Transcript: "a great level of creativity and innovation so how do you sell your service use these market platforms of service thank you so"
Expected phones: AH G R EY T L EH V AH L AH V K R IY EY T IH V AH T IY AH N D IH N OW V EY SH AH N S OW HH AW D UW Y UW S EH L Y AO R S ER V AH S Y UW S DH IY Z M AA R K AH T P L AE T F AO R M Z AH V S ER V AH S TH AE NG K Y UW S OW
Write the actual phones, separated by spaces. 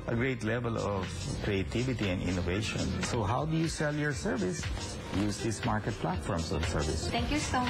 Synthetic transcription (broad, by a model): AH G R EY T L EH V AH L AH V K R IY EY T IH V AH T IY AH N D IH N OW V EY SH AH N S OW HH AW D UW Y UW S EH L Y AO R S ER V AH S Y UW S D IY S M AA R K AH T P L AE T F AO R M S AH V S ER V AH S T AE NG K Y UW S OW